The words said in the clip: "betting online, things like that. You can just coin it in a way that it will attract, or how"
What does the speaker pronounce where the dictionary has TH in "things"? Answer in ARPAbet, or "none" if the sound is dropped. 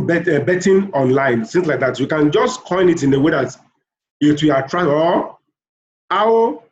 S